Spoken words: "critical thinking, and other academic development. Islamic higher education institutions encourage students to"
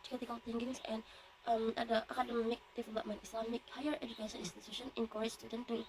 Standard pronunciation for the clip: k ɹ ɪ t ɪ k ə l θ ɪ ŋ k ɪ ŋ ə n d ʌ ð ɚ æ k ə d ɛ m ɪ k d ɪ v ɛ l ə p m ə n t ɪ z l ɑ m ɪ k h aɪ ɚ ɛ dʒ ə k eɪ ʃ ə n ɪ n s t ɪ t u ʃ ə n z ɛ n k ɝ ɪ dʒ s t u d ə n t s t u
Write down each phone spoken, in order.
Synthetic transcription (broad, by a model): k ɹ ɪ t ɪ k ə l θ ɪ ŋ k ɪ ŋ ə n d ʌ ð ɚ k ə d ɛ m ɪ k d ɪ f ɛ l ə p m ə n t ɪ s l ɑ m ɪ k h aɪ ɚ ɛ dʒ ə k eɪ ʃ ə n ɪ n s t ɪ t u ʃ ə n ɛ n k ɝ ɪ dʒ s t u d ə n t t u